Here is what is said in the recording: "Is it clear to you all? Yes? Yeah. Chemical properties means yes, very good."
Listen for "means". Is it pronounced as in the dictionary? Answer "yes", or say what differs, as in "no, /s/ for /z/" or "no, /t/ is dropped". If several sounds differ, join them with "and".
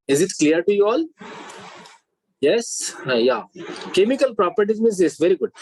no, /n/ is dropped